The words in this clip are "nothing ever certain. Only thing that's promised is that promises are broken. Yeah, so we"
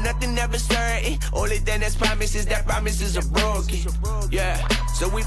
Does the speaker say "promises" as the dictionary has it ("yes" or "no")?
yes